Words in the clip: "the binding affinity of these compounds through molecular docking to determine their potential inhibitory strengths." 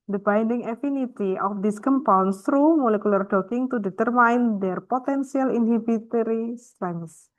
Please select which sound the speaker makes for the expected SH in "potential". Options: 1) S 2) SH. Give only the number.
1